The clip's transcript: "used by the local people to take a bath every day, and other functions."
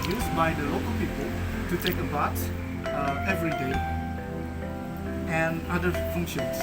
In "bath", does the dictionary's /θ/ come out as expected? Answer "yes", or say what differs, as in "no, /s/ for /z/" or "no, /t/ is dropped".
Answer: no, /s/ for /θ/